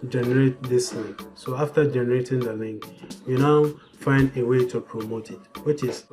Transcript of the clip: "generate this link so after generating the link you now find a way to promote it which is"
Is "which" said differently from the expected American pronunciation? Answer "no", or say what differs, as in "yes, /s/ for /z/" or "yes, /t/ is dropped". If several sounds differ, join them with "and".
no